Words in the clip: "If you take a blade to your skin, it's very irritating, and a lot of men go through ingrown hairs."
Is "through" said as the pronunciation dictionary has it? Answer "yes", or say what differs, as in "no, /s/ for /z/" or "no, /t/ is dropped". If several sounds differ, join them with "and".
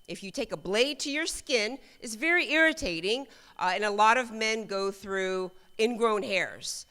yes